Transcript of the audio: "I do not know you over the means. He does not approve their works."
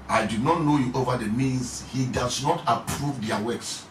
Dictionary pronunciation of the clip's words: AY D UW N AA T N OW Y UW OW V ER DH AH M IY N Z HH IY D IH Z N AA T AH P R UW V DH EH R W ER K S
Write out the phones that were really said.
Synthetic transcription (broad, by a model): AY D UW N AA T N OW Y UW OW V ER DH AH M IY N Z HH IY D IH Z N AA T AH P R UW V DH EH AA W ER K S